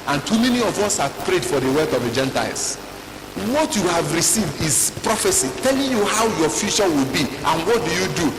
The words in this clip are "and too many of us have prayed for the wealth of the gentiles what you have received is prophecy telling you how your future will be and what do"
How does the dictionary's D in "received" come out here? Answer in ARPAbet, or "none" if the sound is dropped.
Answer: D